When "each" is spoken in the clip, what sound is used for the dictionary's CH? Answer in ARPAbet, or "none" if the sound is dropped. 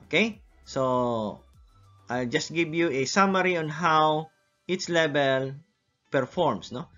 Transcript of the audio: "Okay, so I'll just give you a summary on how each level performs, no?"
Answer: S